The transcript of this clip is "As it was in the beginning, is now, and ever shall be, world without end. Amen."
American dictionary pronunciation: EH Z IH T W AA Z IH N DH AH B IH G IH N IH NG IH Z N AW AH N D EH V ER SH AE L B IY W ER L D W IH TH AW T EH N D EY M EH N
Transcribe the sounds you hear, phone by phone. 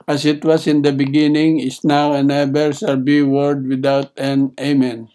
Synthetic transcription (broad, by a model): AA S IH T W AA S IH N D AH B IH G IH N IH NG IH S N AW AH N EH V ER S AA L B IY W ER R D W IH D AW T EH N EY M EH N